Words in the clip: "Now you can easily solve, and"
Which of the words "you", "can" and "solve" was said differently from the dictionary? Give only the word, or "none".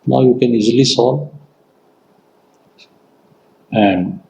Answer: solve